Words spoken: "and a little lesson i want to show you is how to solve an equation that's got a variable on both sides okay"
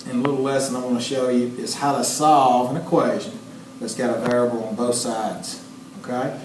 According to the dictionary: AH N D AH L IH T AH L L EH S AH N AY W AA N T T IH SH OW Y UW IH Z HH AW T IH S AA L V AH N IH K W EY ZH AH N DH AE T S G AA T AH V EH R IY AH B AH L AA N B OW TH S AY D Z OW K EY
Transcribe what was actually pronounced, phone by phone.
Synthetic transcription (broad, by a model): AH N AH L IH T L L EH S AH N AY W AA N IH SH OW Y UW IH Z HH AW T IH S AA L V AH N IH K W EY ZH AH N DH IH T S G AA T AH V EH R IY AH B L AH N B OW TH S AY D Z OW K EY